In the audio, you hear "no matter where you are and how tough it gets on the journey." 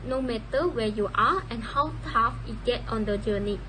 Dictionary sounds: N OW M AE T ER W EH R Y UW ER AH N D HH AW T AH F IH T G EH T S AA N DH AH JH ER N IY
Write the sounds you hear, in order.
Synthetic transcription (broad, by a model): N OW M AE T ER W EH Y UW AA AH N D HH AW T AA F IH T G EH T AA N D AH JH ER N IY